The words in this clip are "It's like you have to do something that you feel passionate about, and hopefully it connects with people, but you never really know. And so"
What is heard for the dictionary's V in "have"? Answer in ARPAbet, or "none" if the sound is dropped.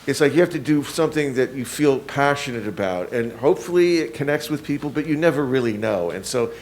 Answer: F